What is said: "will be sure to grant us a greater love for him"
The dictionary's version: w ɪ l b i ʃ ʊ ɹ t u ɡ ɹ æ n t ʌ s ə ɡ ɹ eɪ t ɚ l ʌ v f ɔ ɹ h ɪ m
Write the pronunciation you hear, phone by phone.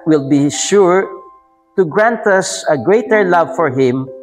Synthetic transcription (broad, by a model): w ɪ l b i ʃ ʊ ɹ t u ɡ ɹ æ n t ʌ s ə ɡ ɹ eɪ t ɚ l ʌ v f ɔ ɹ h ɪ m